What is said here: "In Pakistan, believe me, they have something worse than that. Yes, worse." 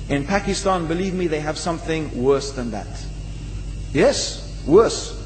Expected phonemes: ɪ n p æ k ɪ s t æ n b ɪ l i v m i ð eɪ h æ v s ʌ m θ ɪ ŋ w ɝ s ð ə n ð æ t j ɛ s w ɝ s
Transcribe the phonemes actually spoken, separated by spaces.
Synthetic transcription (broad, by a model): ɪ n p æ k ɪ s t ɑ n b ɪ l i v m i ð eɪ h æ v s ʌ m θ ɪ ŋ w ɝ s ð ə n ð æ t j ɛ s w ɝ s